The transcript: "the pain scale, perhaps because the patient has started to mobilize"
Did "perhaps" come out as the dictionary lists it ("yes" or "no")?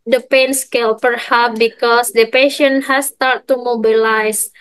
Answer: no